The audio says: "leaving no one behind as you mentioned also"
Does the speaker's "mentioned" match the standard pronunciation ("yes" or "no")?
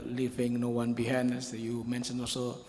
no